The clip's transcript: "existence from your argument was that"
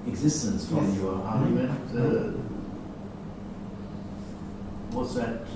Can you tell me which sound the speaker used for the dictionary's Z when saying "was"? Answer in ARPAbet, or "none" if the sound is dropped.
S